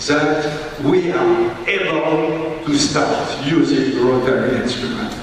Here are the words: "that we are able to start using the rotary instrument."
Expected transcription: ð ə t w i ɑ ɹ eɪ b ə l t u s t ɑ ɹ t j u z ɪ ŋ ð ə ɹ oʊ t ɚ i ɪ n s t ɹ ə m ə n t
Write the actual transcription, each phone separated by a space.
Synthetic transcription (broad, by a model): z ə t w i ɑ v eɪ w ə n t u s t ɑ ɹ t j u z ɪ ŋ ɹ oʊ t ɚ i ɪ n s t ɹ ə m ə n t